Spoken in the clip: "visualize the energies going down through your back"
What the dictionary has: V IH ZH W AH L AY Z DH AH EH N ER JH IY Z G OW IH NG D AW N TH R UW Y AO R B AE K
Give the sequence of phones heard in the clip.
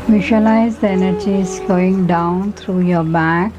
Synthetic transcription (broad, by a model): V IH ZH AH L AY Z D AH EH N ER JH IY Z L OW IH NG D AW N T R UW Y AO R B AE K